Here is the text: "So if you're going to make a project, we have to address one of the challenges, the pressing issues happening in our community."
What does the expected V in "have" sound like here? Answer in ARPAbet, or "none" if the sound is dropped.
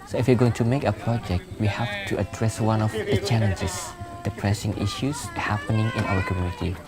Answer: F